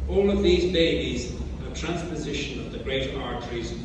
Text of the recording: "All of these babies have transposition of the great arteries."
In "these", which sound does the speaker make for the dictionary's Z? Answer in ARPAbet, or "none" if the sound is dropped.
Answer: Z